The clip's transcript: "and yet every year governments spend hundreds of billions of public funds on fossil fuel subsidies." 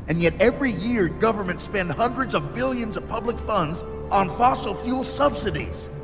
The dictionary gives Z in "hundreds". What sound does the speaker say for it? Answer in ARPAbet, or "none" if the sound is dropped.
Z